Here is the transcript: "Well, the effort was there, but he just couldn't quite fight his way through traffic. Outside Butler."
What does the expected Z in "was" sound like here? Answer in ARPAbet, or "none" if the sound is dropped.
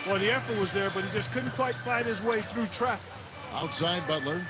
Z